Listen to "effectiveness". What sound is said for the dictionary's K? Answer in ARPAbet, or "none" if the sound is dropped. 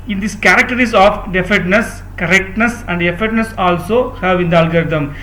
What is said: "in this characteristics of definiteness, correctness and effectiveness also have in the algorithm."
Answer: none